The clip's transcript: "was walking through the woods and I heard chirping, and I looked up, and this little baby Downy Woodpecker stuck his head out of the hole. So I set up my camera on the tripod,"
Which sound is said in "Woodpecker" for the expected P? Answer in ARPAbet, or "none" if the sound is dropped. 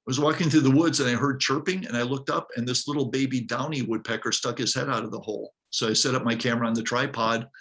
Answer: P